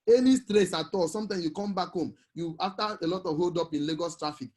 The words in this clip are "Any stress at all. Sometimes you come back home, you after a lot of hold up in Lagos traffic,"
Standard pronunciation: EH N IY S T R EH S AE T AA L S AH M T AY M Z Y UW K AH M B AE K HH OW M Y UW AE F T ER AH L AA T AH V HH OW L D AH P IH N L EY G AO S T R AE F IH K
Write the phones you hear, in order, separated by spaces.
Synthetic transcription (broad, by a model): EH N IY S T R EH S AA T AA L S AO M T AY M S Y UW K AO M B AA K HH OW M Y UW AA F T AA AH L AA T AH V HH OW L D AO P IH N L EY G AO S T R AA F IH K